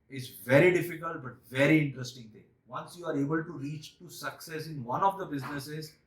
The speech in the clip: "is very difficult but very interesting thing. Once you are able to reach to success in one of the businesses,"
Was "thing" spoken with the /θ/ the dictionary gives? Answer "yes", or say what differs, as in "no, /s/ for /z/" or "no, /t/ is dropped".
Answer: no, /t/ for /θ/